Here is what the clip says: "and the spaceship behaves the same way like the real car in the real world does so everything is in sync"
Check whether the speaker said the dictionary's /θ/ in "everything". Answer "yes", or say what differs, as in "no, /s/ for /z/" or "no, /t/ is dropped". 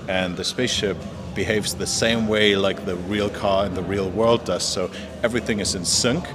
yes